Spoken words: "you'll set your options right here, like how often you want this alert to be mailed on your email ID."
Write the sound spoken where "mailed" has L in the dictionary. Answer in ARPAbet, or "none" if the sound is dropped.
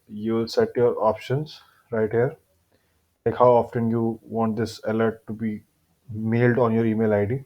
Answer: L